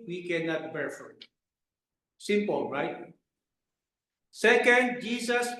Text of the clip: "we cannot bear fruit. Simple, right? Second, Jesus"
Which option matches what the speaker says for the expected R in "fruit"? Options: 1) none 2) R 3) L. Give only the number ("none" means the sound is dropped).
1